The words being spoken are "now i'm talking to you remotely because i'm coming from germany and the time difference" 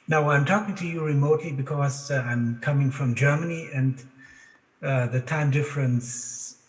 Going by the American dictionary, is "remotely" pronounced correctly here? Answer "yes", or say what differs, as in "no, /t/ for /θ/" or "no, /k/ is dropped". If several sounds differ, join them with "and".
yes